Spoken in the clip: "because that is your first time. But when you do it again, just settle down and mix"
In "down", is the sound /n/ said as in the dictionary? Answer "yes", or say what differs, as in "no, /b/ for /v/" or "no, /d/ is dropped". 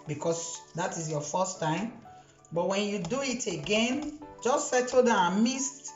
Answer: no, /n/ is dropped